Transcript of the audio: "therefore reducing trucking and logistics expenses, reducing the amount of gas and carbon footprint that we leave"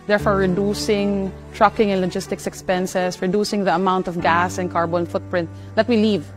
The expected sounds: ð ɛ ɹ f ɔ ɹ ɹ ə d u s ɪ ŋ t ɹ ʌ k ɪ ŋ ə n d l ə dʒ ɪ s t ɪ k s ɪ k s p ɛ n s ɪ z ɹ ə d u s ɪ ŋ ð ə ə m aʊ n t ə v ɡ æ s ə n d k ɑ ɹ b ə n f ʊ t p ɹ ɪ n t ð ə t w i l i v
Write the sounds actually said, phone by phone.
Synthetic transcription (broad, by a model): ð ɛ ɹ f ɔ ɹ ɹ ə d u s ɪ ŋ t ɹ ʌ k ɪ ŋ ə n l ə dʒ ɪ s t ɪ k s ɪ k s p ɛ n s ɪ s ɹ ə d u s ɪ ŋ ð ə ə m aʊ n t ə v ɡ æ s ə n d k ɑ ɹ b ə n f ʊ t p ɹ ɪ n t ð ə t w i l i v